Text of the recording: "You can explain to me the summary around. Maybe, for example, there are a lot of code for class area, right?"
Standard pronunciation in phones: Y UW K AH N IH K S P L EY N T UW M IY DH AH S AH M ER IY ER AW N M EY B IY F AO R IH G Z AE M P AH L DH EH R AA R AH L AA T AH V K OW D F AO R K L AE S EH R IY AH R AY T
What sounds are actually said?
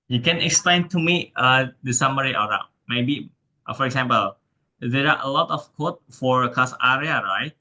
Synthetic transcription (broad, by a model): Y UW K AH N IH K S P L EY N T UW M IY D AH S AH M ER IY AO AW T M EY B IY F AO R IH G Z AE M P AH L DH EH R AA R AH L AA T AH F K OW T F AO R K AA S EH R IY AH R AY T